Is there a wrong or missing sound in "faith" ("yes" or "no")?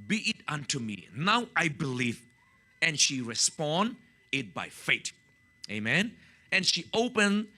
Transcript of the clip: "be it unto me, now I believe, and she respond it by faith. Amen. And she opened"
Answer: yes